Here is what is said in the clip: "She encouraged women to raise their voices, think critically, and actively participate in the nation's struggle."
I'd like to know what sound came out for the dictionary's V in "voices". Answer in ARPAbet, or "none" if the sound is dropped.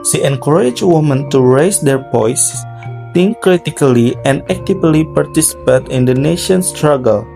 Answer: P